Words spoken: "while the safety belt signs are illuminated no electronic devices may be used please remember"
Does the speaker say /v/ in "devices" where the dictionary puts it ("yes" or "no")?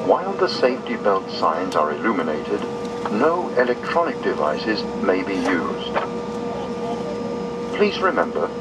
yes